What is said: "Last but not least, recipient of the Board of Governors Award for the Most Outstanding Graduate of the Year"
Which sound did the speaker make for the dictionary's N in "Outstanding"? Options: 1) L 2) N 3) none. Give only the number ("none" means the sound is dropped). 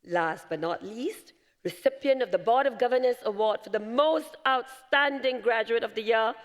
2